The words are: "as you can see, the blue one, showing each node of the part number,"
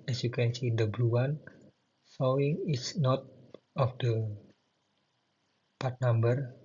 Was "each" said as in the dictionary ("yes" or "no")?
no